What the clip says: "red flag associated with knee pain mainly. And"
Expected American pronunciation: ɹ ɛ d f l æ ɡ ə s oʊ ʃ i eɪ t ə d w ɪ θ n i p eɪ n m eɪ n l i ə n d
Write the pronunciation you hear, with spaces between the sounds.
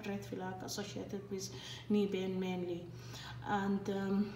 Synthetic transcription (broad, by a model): ɹ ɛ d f l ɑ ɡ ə s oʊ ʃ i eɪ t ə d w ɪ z n i b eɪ n m eɪ n l i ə n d